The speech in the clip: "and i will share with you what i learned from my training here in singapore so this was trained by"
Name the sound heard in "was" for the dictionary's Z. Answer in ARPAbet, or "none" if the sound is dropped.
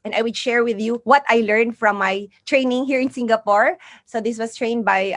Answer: S